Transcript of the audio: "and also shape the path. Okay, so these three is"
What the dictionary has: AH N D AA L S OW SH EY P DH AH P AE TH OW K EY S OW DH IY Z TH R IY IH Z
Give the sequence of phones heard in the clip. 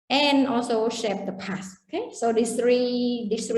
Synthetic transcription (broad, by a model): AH N AA L S OW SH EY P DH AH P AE S OW K EY S OW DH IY S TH R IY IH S